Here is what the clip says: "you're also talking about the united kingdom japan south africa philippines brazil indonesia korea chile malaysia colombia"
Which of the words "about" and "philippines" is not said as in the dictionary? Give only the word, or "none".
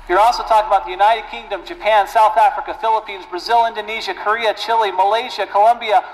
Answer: none